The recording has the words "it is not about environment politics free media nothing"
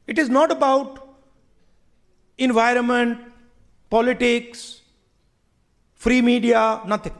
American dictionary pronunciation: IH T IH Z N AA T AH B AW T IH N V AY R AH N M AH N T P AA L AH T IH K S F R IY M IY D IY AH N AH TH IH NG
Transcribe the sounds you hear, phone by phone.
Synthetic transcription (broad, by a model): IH T IH Z N AA T AH B AW T IH N V AY R AH N M AH N T P AA L AH T IH K S F R IY M IY D IY AH N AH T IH NG